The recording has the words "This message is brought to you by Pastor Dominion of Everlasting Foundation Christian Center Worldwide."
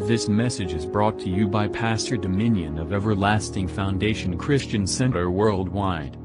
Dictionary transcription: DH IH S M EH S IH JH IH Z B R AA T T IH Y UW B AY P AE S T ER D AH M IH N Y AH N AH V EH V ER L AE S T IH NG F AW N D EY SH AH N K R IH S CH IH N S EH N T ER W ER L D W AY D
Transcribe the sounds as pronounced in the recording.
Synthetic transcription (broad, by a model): DH IH S M EH S IH JH IH Z B R AA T T IH Y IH B AY P AE S T ER D AH M IH N Y AH N AH V EH V ER L AE S T IH NG F AW N D EY SH AH N K R IH S CH IH N S EH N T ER W ER L D W AY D